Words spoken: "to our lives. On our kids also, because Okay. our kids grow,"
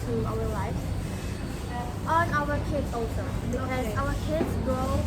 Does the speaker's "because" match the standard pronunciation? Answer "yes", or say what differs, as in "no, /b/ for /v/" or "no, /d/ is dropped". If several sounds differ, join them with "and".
no, /k/ is dropped and /z/ is dropped